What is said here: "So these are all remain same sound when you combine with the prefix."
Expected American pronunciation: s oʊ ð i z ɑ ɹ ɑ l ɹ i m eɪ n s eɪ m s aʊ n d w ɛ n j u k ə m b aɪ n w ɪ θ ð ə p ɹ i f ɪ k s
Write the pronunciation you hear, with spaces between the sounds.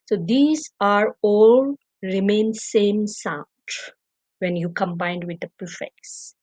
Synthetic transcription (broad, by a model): s oʊ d i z ɑ ɹ ɑ l ɹ i m eɪ n s eɪ m s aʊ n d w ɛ n j u k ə m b aɪ n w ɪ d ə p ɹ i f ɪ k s